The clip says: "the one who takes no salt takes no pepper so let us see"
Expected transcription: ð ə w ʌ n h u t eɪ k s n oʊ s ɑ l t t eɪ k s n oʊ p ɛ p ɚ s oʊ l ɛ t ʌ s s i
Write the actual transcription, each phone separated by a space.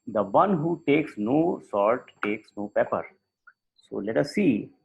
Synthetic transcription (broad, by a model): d ə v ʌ n h u t eɪ k s n oʊ s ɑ t t eɪ k s n oʊ p ɛ p ɚ s oʊ l ɛ t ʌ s s i